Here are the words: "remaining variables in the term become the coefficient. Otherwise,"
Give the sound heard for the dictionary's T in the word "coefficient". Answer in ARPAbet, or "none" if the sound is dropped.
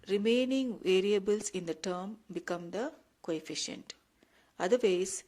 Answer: T